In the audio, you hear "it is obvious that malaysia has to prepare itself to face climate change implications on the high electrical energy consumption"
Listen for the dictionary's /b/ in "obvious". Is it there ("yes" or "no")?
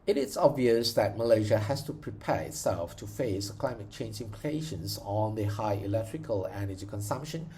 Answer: yes